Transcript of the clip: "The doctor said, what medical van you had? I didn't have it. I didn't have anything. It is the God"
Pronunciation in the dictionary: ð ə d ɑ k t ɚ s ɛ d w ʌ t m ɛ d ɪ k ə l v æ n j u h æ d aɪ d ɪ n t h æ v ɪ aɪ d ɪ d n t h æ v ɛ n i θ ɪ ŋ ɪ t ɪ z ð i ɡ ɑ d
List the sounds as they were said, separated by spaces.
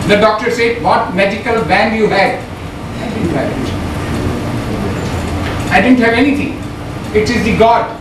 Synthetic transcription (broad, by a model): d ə d ɑ k t ɚ s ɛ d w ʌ t m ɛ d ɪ k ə l b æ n j u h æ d aɪ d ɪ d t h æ ɪ aɪ d ɪ d n t h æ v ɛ n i t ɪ ŋ ɪ t ɪ z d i ɡ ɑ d